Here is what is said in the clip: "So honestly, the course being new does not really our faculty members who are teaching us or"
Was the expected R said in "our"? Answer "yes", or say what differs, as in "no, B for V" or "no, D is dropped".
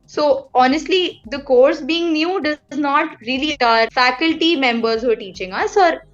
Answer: yes